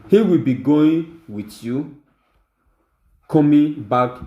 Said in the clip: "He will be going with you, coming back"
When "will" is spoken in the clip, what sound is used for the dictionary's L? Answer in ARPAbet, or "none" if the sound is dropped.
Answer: L